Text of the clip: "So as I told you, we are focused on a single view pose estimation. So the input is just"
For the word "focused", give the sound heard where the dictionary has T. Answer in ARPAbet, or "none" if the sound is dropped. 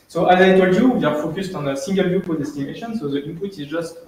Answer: T